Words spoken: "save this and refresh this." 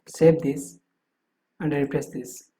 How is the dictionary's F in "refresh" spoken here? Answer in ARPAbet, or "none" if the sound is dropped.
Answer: P